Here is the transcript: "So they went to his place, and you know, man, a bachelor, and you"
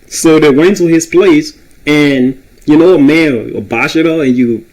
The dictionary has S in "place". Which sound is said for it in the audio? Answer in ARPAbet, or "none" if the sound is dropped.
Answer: S